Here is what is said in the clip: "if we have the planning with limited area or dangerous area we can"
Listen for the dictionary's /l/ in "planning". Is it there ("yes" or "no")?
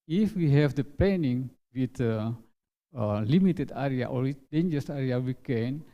no